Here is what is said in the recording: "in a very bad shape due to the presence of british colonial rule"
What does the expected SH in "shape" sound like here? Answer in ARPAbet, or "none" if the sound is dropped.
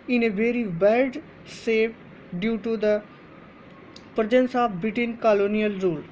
S